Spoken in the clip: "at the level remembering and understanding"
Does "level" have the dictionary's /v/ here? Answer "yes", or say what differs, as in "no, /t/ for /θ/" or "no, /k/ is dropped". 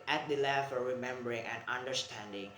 no, /f/ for /v/